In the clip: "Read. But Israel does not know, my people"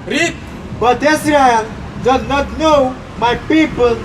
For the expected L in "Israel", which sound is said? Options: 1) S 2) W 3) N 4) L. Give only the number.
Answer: 3